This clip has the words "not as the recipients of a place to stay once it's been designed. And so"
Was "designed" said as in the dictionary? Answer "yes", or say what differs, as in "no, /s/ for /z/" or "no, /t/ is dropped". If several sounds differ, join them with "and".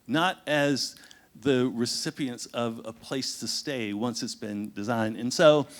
yes